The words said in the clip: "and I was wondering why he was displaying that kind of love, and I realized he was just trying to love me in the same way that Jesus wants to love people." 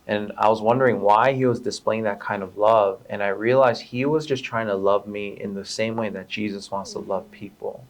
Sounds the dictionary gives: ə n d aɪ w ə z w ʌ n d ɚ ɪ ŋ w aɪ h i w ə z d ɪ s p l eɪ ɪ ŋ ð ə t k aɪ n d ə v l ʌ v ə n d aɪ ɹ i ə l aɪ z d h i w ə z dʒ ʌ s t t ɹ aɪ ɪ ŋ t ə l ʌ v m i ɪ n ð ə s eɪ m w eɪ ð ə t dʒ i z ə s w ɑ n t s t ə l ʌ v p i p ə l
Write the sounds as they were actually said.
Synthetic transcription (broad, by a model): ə n aɪ w ə z w ʌ n d ɚ ɪ ŋ w aɪ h i w ə z d ɪ s p l eɪ ɪ ŋ ð ə t k aɪ n d ə v l ʌ v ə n aɪ ɹ i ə l aɪ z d h i w ə z dʒ ʌ s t t ɹ aɪ ɪ ŋ t ə l ʌ v m i ɪ n ð ə s eɪ m w eɪ ð ə t dʒ i z ə s w ɑ n t s t ə l ʌ v p i p l